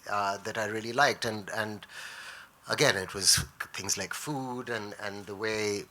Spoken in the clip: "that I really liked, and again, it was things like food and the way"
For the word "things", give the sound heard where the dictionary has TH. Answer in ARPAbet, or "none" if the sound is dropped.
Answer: TH